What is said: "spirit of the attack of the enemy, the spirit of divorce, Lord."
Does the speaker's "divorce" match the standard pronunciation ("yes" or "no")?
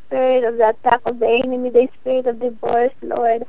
no